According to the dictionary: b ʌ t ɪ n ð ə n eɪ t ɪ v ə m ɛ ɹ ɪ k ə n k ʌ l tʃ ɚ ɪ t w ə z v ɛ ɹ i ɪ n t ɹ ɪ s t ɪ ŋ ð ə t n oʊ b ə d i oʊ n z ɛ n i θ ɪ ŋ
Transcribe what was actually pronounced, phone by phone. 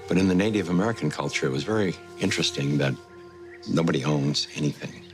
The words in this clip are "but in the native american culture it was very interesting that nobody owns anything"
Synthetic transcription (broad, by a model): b ʌ t ɪ n ð ə n eɪ t ɪ v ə m ɛ ɹ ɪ k n k ʌ l tʃ ɚ ɪ t w ə z v ɛ ɹ i ɪ n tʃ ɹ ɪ s t ɪ ŋ ð ə t n oʊ b ə d i oʊ n z ɛ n i θ ɪ ŋ